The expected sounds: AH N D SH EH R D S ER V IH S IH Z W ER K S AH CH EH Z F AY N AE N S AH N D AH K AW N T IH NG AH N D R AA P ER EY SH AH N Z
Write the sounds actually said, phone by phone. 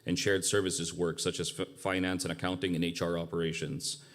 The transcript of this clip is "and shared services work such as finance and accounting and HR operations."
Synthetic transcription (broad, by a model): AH N SH EH R D S ER V IH S IH Z W ER K S AH CH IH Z F AY N AE N S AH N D AH K AW N T IH NG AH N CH R AA P ER EY SH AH N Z